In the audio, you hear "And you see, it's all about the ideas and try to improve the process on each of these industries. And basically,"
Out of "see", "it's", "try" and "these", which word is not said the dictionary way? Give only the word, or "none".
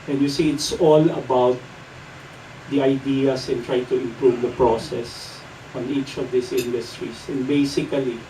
these